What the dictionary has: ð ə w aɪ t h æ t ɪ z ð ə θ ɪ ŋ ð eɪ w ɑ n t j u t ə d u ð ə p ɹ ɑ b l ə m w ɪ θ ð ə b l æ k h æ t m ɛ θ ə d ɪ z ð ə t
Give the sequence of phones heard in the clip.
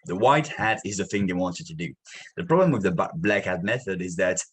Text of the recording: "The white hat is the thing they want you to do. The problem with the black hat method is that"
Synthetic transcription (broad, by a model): ð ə w aɪ t h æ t ɪ z ð ə θ ɪ ŋ ð eɪ w ɑ n t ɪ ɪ t ə d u ð ə p ɹ ɑ b l ə m w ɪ ð ə b l æ k h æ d m ɛ θ ə d ɪ z ð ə t